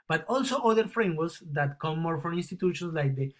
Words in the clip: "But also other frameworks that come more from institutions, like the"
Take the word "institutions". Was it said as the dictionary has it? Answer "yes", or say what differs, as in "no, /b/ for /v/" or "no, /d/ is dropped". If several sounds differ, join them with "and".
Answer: no, /s/ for /z/